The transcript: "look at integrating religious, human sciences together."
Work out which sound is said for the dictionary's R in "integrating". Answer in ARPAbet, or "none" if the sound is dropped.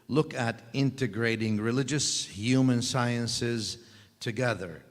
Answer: R